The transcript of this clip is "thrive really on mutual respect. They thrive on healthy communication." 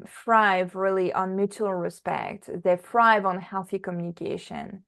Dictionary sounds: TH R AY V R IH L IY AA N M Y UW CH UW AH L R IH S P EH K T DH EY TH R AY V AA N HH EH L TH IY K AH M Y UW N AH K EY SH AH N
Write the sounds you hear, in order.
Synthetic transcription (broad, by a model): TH R AY V R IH L IY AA N M Y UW CH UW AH L R IH S P EH K T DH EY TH R AY V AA N HH EH L TH IY K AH M Y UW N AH K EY SH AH N